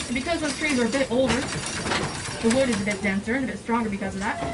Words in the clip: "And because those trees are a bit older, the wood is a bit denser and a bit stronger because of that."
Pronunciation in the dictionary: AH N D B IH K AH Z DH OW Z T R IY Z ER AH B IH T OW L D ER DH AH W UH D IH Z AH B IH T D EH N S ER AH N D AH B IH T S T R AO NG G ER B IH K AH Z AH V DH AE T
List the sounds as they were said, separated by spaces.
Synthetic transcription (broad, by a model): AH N B IH K AH Z DH OW Z T R IY Z ER AH B IH T OW L D ER DH AH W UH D IH Z AH B IH T D EH N S ER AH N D AH B IH T S T R AO NG G ER B IH K AH Z AH V DH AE T